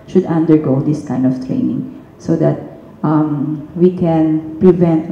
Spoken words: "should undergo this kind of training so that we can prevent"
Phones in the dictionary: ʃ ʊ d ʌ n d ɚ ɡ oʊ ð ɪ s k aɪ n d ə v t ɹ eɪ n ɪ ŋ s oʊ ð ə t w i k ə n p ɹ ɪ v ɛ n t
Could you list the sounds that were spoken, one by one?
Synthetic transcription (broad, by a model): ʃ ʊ d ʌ n d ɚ ɡ oʊ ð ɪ s k aɪ n d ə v t ɹ eɪ n ɪ ŋ s oʊ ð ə t w i k ə n p ɹ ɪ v ɛ n t